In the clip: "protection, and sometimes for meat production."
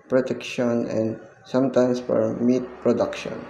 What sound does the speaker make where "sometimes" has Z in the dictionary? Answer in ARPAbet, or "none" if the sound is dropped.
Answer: S